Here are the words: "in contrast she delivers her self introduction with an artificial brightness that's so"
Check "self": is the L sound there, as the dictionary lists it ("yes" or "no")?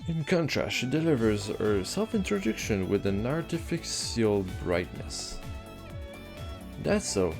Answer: yes